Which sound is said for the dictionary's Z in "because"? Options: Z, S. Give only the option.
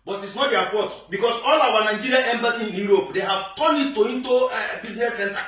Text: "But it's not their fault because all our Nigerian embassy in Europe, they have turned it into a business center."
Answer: S